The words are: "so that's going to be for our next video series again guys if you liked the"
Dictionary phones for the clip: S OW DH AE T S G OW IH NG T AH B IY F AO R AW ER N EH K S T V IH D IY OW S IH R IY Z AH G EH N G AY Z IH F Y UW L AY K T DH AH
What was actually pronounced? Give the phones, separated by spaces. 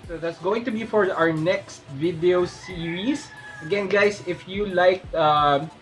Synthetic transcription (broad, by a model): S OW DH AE T S G OW IH NG T AH B IY F AO R AW ER N EH K S T V IH D IY OW S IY R IY S AH G EH N G AY S IH F Y UW L AY K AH